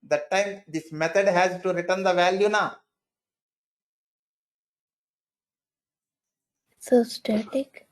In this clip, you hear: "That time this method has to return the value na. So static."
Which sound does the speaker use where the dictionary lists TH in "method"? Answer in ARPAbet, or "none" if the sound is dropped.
T